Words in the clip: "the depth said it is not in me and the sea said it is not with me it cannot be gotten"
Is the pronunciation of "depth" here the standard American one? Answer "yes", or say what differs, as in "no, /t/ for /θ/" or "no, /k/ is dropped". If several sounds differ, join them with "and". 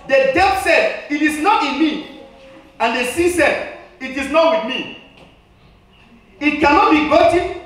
no, /p/ is dropped